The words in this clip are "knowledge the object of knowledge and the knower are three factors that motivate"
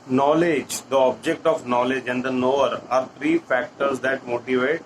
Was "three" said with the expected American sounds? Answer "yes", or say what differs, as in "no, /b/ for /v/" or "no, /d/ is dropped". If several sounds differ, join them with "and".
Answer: no, /t/ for /θ/